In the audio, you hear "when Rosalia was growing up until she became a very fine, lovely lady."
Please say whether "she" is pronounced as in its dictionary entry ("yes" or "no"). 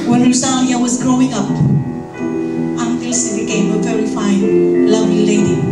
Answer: no